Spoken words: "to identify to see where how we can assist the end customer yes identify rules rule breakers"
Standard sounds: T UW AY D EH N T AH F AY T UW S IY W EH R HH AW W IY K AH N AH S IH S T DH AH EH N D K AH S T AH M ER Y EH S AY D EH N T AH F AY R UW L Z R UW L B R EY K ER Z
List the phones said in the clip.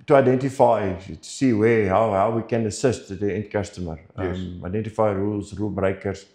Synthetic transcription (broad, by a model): T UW AY D EH N T AH F AY T UW S IY W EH W HH AW W IY K AH N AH S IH S T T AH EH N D K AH S T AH M ER AY D EH N T AH F AY R UW L S R UW L B R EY K ER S